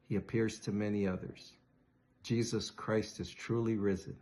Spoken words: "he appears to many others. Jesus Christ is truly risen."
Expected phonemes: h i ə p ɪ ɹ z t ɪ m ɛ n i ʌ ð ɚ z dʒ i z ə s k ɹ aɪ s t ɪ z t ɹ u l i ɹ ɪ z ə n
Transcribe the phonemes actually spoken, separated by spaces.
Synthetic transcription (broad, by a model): h i ə p ɪ ɹ z t ɪ m ɛ n i ʌ ð ɚ z dʒ i z ə s k ɹ aɪ s t ɪ z t ɹ u l i ɹ ɪ z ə n